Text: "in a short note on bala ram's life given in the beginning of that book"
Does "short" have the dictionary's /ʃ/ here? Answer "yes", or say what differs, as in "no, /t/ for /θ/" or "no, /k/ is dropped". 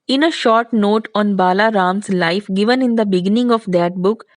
yes